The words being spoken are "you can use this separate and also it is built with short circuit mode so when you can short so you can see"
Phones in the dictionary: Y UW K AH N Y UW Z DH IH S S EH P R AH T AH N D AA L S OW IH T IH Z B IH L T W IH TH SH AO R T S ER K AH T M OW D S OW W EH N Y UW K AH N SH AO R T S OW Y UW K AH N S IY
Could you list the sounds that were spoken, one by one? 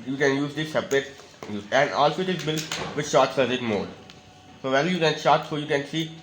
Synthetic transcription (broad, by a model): Y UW K AH N Y UW Z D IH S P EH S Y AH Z AH N D AA L S OW IH T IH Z B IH L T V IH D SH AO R T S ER AH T M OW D S OW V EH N Y UW K AH N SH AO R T S OW Y UW K AH N S IY